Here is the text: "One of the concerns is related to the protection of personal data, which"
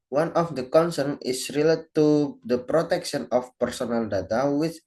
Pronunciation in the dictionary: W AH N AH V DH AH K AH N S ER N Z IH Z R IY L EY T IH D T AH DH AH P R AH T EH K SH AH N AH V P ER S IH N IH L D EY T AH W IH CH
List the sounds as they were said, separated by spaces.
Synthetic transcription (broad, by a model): W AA N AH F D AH K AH N S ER N IH S R IY L EY T IH D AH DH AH P R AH T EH K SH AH N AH F P ER S IH N IH L D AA T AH W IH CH